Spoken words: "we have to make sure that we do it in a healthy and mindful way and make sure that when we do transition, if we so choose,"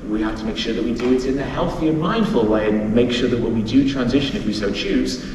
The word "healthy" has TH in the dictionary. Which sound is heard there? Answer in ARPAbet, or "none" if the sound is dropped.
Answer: TH